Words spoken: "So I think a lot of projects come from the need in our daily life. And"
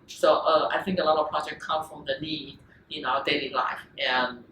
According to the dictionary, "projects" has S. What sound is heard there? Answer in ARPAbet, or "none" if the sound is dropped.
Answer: none